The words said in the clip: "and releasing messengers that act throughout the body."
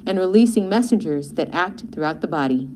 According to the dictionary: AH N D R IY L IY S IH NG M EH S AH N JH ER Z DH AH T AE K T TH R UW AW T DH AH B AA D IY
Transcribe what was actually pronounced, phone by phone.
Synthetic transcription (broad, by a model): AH N R IY L IY S IH NG M EH S AH N JH ER Z DH AH T AE K T TH R UW AW T DH AH B AA D IY